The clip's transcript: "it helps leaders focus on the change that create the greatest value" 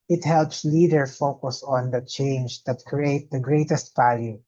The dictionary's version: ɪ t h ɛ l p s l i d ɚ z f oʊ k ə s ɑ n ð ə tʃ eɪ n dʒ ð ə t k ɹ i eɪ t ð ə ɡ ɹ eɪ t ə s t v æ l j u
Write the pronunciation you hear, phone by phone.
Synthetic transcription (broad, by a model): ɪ t h ɛ l p s l i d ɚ f oʊ k ə s ɑ n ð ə tʃ eɪ n dʒ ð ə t k ɹ i eɪ t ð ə ɡ ɹ eɪ t ə s t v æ l j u